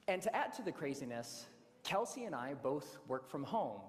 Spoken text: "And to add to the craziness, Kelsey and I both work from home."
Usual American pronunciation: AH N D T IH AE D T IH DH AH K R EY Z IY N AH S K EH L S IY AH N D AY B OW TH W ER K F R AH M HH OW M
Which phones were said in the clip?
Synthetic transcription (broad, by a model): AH N T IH AE D T IH DH AH K R EY Z IY N AH S K EH L S IY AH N AY B OW TH W ER K F R AH M HH OW M